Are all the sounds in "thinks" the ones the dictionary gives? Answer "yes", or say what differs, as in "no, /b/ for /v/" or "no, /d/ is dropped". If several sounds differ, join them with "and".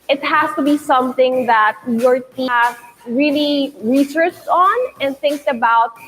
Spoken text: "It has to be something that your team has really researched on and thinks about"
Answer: yes